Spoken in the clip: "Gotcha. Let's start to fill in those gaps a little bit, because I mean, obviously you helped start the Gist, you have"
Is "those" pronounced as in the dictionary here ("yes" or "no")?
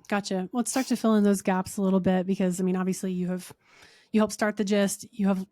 yes